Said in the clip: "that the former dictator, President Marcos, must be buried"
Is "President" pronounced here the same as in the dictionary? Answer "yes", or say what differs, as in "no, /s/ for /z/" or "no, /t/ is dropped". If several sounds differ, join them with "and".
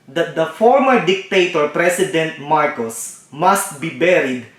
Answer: no, /s/ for /z/